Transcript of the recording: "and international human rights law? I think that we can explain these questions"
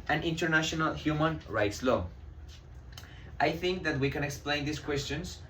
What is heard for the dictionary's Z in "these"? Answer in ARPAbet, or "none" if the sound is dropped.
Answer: S